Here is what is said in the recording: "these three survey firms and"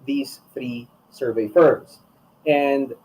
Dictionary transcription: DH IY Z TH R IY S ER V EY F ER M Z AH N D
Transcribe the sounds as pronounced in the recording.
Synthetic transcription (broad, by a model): DH IY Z TH R IY S ER V EY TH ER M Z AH N D